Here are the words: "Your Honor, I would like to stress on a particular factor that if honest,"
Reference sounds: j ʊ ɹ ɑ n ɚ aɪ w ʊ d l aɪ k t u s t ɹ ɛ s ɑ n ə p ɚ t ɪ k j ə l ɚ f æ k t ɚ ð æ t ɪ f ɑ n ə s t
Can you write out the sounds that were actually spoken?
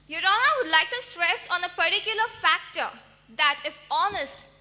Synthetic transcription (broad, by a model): j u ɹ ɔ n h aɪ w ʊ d l aɪ k t u s t ɹ ɛ s ɑ n ə p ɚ t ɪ k j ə l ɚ f æ k t ɚ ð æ t ɪ f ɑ n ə s t